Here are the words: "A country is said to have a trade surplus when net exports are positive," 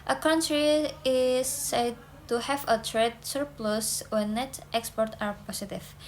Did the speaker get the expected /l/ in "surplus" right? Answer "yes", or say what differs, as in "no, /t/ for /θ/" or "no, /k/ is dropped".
yes